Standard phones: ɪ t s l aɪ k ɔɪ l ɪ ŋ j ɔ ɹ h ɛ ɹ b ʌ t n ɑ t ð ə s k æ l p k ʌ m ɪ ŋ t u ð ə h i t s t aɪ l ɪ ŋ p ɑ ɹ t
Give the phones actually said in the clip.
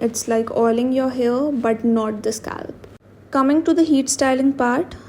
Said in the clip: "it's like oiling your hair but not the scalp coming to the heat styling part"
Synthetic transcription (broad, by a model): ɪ t s l aɪ k ɔɪ l ɪ ŋ j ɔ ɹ h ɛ l b ʌ t n ɑ t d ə s k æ l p k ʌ m ɪ ŋ t u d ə h i t s t aɪ l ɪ ŋ p ɑ ɹ t